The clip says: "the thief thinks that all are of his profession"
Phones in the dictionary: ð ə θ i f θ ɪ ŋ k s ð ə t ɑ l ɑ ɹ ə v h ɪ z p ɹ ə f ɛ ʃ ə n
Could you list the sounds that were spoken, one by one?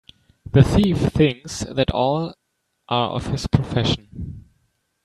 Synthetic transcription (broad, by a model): ð ə θ i f θ ɪ ŋ k s ð ə t ɑ l ɑ ɹ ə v h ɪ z p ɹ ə f ɛ ʃ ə n